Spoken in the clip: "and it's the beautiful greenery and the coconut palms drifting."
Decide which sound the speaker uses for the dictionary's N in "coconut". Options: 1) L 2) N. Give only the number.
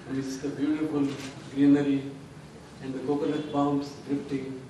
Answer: 1